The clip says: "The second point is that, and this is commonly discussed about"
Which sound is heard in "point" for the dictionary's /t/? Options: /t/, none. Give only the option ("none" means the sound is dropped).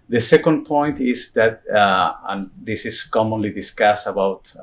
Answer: /t/